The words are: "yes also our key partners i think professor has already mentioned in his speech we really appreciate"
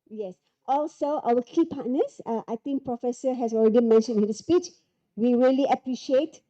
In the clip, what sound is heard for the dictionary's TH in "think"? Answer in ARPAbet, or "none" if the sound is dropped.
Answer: T